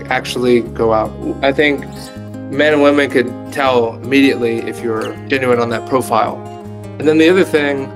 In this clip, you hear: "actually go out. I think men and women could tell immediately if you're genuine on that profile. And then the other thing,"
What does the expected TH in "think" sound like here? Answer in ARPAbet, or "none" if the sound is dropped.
TH